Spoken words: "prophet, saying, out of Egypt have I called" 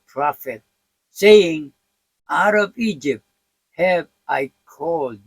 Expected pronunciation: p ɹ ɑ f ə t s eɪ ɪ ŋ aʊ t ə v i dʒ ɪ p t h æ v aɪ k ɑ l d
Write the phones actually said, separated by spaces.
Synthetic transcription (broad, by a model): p ɹ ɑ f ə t s eɪ ɪ ŋ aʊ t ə b i dʒ ɪ p t h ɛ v aɪ k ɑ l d